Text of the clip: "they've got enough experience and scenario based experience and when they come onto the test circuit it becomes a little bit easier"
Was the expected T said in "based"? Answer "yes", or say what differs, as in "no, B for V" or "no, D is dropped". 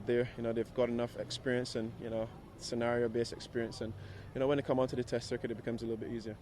no, T is dropped